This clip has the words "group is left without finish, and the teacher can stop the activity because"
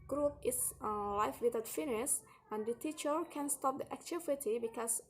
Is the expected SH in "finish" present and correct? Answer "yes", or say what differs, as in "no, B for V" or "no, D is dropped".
no, S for SH